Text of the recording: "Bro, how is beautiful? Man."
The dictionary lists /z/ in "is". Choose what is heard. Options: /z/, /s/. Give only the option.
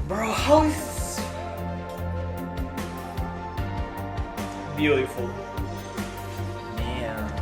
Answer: /s/